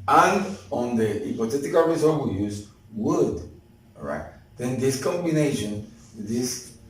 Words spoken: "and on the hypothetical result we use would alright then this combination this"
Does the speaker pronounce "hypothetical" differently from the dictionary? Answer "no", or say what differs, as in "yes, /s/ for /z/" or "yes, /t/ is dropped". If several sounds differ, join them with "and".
yes, /t/ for /θ/